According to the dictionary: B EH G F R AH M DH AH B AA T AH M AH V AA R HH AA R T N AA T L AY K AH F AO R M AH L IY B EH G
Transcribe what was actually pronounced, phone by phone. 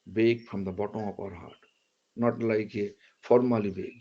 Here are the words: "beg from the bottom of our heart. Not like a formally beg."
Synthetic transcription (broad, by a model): B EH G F R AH M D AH B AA T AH AH P AA R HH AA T N AA T L AY K AH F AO R M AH L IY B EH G